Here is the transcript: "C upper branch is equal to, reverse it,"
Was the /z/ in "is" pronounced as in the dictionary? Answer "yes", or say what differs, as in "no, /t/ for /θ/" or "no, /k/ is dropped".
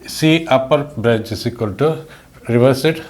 no, /s/ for /z/